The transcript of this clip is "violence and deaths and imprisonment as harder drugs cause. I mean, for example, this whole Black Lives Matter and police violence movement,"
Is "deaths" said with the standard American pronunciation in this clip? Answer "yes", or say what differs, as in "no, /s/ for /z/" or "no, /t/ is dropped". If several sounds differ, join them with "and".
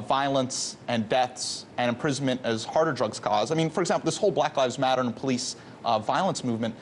yes